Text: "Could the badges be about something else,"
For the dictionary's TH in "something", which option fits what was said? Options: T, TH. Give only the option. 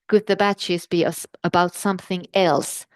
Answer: TH